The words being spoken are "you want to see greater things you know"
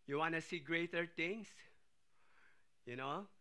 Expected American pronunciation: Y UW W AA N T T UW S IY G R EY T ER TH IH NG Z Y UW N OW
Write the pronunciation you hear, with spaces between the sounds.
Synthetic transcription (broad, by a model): Y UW W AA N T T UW S IY G R EY T ER T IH NG S Y UW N OW